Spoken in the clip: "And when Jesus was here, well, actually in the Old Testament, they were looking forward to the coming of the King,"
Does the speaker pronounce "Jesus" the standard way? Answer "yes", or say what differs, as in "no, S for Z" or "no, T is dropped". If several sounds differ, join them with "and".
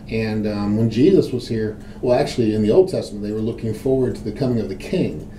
yes